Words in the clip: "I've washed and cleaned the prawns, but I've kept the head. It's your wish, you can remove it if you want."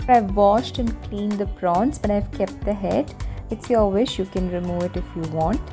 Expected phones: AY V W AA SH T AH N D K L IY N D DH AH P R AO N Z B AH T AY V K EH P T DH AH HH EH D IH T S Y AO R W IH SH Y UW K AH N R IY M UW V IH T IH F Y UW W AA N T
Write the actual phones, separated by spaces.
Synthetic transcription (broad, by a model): AY V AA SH T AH N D K L IY N D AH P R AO N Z B AH T AY V K EH P T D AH HH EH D IH T S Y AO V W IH SH Y UW K AH N R IY M UW V IH T IH F Y UW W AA N T